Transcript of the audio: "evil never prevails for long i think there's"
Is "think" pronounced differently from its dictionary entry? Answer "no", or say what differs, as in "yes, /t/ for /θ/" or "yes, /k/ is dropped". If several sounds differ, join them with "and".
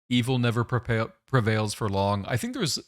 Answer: no